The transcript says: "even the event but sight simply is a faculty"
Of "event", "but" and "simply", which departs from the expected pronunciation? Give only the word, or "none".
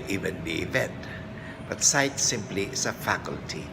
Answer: none